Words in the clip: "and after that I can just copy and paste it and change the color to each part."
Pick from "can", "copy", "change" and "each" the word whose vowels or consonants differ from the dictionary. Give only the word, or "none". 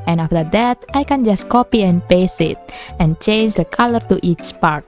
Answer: none